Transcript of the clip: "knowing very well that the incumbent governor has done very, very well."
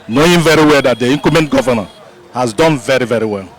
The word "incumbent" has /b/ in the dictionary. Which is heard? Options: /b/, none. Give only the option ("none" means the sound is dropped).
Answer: none